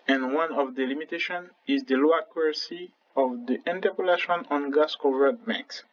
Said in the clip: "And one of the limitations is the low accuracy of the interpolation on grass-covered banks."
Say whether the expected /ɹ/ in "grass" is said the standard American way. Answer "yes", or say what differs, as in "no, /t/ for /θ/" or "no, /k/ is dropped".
no, /ɹ/ is dropped